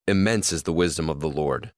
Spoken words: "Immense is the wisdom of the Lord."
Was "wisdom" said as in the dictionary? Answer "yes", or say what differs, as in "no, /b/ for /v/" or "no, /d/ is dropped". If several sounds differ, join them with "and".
yes